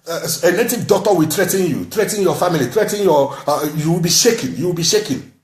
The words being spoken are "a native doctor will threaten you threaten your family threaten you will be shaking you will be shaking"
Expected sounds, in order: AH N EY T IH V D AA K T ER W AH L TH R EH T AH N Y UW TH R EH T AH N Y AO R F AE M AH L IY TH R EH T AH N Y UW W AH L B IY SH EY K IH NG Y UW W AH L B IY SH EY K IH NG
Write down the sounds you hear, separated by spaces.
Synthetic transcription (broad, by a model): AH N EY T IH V D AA T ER W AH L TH R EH T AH N Y UW T R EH T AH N Y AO F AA M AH L IY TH R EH T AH N Y UW W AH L B IY SH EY K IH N Y UW W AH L B IY SH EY K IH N